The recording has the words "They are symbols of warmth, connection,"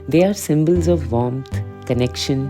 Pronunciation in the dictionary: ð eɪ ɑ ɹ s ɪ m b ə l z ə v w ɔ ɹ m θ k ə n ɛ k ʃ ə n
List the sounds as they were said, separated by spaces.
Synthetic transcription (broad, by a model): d eɪ ɑ ɹ s ɪ m b ə l z ə v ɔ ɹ m t k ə n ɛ k ʃ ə n